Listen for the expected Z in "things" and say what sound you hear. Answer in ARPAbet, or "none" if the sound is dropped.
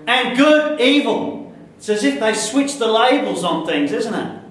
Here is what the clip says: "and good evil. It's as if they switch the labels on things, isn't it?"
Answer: Z